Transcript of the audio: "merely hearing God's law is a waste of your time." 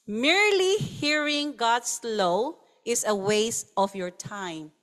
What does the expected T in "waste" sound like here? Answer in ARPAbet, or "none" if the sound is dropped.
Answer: none